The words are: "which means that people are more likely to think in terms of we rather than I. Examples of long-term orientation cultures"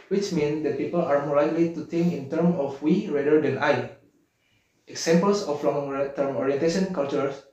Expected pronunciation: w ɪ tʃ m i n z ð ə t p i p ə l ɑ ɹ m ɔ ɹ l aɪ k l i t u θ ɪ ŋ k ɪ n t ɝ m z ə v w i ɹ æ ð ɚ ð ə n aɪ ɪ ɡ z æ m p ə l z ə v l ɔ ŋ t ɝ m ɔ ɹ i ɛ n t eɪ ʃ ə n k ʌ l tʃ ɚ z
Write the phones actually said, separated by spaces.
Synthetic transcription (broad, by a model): w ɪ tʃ m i n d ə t p i p ə l ɑ ɹ m ɔ ɹ l aɪ k l i t u t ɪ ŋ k ɪ n t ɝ m ə f w i ɹ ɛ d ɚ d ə n aɪ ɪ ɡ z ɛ m p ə l s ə f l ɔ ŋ t ɝ m ɔ ɹ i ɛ n t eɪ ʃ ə n k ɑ l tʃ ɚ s